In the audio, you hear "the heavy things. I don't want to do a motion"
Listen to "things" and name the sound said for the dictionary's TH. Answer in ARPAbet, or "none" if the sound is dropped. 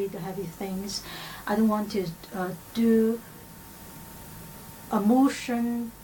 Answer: TH